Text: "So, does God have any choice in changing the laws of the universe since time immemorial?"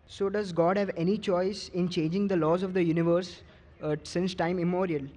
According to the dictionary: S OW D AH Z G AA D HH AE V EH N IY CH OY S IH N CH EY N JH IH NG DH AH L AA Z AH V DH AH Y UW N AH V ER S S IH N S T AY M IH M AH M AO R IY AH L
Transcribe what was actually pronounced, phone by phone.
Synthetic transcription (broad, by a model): S OW D AH Z G AA D HH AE V EH N IY CH OY S IH N CH EY N JH IH NG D AH L AA Z AH V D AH Y UW N AH V ER S S IH N S T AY IH M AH M AO R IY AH L